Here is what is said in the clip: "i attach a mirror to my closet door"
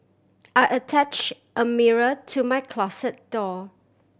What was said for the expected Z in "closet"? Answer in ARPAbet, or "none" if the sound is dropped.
S